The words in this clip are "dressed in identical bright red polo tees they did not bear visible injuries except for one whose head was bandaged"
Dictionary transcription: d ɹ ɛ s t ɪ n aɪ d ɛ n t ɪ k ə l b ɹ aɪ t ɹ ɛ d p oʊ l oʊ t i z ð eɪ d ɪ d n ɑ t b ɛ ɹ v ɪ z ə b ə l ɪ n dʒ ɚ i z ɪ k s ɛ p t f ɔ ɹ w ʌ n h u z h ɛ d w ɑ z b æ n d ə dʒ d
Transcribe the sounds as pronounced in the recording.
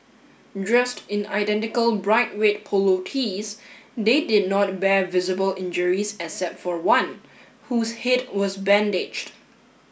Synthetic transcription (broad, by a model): d ɹ ɛ s t ɪ n aɪ d ɛ n t ɪ k ə l b ɹ aɪ t w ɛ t p oʊ l oʊ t i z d eɪ d ɪ d n ɑ t b ɛ ɹ v ɪ z ə b ə l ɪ n dʒ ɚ i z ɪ s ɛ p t f ɔ ɹ w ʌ n h u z h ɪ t w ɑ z b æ n d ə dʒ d